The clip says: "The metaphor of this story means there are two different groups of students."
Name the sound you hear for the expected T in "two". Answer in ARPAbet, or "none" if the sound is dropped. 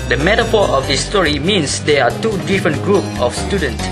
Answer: T